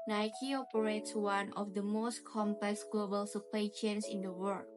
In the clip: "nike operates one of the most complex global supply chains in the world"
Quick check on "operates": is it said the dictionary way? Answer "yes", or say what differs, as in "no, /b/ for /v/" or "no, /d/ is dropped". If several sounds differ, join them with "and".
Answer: yes